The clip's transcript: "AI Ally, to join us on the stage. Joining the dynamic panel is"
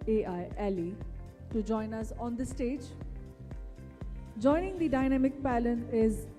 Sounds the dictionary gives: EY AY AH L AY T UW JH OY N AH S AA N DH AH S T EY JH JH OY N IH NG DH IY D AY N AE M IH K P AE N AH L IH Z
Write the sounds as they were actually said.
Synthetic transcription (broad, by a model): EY AY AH L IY T UW JH OY N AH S AA N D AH S T EY JH JH OY N IH NG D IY D AY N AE M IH K P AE L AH N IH Z